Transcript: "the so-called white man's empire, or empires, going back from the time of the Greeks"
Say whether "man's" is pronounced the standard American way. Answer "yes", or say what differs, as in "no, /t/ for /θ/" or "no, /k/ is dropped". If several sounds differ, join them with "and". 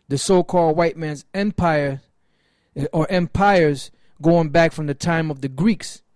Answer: yes